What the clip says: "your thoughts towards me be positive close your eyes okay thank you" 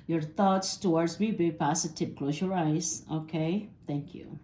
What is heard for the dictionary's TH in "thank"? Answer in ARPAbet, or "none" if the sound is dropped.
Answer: T